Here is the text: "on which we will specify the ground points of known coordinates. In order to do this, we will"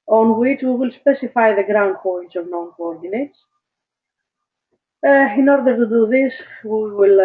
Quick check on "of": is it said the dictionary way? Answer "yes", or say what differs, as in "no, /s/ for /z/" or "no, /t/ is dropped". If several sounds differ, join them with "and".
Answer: yes